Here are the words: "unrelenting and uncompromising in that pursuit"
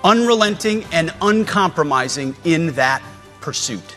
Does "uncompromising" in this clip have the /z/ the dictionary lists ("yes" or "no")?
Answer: yes